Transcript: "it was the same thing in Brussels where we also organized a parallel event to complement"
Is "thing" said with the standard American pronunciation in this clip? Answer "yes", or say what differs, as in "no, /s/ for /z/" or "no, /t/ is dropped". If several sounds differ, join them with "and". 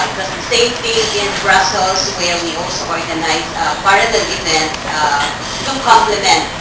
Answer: no, /t/ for /θ/